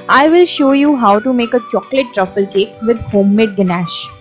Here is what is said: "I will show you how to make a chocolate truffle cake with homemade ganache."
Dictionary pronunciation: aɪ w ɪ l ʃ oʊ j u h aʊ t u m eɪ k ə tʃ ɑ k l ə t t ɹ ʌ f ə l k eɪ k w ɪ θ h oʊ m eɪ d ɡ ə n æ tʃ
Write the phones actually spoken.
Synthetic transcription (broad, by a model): aɪ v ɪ l ʃ oʊ j u h aʊ t u m eɪ k ə tʃ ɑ k l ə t t ɹ ʌ f ə l k eɪ k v ɪ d h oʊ m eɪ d ɡ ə n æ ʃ